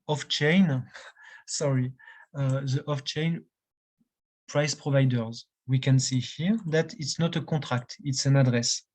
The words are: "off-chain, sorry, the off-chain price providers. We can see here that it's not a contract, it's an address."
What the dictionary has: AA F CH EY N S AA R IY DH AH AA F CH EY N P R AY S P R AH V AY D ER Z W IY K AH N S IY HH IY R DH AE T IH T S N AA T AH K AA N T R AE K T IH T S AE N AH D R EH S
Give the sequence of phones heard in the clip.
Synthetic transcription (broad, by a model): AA F CH EY N S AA R IY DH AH AA F CH EY N P R AY S P R AH V AY D ER Z W IY K AH N S IY HH IY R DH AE T IH T S N AA T AH K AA T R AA K T IH T S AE N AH D R EH S